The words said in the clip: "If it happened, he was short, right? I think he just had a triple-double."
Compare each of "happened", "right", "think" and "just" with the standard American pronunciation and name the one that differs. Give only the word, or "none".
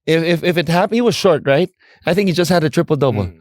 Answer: happened